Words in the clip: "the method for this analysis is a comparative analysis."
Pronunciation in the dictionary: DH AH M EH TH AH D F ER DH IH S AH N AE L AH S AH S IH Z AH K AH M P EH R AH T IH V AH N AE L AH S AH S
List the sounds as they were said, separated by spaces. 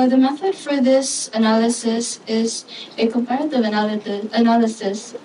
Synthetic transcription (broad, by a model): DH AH M EH TH AH D F ER DH IH S AH N AE L AH S AH S IH Z AH K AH M P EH R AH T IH V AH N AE L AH S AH S